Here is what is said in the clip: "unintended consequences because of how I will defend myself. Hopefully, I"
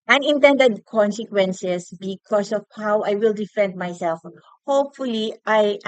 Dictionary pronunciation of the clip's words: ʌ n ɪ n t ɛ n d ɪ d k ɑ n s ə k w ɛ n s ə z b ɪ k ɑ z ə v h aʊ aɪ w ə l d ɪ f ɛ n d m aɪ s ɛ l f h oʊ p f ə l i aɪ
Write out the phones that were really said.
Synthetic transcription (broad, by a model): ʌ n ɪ n t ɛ n d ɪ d k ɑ n s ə k w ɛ n s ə s b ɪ k ɑ s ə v h aʊ aɪ w ə l d ɪ f ɛ n d m aɪ s ɛ l f h oʊ p f ə l i aɪ